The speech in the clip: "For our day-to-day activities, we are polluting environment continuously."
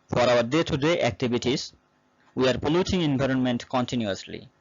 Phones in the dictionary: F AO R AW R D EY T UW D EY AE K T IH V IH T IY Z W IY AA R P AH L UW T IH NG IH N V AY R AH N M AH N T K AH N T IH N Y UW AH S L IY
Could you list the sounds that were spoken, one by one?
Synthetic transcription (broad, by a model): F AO R AW R D EY T UW D EY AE K T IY B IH T IY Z W IY AA R P AH L UW T IH NG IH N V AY R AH N M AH N T K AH N T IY N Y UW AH S L IY